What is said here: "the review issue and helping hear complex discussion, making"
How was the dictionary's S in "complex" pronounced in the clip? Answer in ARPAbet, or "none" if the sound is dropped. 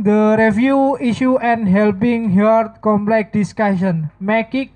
none